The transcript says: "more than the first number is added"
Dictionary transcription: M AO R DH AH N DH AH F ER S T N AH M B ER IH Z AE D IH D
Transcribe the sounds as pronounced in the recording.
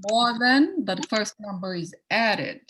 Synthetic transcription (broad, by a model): M AO R DH AH N DH AH F ER S T N AH M B ER IH Z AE D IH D